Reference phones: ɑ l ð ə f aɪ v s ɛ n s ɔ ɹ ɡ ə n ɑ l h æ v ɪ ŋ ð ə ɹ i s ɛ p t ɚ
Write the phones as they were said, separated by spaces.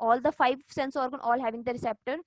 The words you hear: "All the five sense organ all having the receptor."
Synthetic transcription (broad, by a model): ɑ l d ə f aɪ v s ɛ n s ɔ ɹ ɡ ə n ɑ l h æ v ɪ ŋ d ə ɹ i s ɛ p t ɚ